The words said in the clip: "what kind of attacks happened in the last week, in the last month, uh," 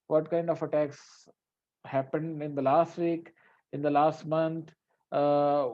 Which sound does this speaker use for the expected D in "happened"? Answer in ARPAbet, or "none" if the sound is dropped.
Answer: D